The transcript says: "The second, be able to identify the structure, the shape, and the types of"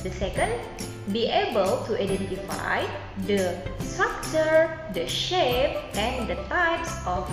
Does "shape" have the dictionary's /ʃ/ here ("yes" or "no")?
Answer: yes